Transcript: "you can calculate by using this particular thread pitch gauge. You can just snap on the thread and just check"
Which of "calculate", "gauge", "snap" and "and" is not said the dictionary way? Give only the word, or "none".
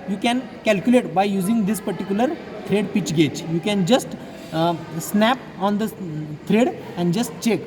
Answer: gauge